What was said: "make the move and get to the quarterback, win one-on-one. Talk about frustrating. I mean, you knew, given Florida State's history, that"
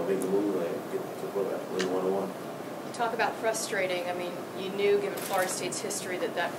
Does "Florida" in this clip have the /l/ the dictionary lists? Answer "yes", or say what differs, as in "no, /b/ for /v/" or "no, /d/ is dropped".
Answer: no, /l/ is dropped